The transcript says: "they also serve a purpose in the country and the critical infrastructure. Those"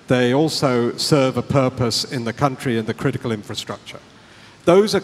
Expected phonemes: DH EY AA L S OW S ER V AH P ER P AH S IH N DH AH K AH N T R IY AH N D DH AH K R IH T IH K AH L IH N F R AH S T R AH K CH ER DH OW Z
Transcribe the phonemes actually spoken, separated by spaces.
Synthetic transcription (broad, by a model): DH EY AA L S OW S ER V AH P ER P AH S IH N DH AH K AH N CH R IY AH N DH AH K R IH T IH K AH L IH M F R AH S T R AH K CH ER DH OW Z